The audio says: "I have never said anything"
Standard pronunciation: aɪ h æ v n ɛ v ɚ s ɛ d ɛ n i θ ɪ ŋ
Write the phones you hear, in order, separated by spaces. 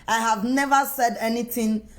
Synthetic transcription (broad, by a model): aɪ h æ v n ɛ v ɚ s ɛ d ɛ n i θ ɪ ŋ